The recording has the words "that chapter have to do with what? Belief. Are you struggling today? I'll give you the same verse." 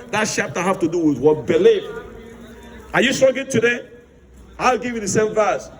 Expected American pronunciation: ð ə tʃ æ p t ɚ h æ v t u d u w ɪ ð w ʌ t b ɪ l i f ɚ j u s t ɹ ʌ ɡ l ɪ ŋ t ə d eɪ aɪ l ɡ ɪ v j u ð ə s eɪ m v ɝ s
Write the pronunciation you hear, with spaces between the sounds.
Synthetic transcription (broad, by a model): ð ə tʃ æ p t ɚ h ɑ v t u d u w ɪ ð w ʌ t b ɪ l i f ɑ j u s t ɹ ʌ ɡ ɪ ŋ t ə d eɪ aɪ l ɡ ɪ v j u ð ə s eɪ m v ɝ s